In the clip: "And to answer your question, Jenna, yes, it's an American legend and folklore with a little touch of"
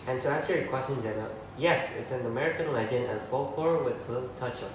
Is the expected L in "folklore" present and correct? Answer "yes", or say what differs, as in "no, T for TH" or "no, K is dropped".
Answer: no, L is dropped